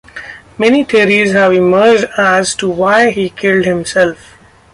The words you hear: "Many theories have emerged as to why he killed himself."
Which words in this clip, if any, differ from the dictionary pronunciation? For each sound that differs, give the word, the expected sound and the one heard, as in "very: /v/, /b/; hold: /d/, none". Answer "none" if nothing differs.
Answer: theories: /θ/, /t/